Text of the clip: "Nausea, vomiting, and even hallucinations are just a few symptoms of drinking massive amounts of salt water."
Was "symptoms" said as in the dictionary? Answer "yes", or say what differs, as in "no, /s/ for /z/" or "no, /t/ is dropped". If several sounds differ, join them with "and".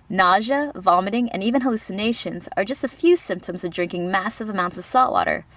yes